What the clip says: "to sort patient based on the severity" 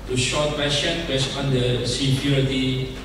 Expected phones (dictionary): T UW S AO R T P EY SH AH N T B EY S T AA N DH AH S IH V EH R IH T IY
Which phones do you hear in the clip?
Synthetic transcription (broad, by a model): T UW SH AO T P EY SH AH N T B EY S T AA N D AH S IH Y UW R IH T IY